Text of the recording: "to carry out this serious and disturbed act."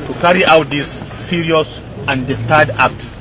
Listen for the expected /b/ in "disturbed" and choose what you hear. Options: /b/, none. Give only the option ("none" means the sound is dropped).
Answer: none